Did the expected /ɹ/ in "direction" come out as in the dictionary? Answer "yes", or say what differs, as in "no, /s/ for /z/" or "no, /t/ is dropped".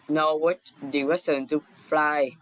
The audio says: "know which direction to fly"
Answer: no, /w/ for /ɹ/